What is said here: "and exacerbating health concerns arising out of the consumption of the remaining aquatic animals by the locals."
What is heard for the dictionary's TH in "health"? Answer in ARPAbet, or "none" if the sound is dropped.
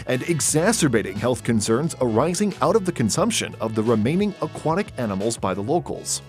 TH